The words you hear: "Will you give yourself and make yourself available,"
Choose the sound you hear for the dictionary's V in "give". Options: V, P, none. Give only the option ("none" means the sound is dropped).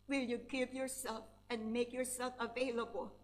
P